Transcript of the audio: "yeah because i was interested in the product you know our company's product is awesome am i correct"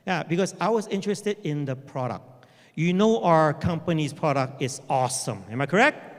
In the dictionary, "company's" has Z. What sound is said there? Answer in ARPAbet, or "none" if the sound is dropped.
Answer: S